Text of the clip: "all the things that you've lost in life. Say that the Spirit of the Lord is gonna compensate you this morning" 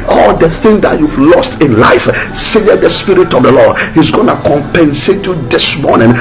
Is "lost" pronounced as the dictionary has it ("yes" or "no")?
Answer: yes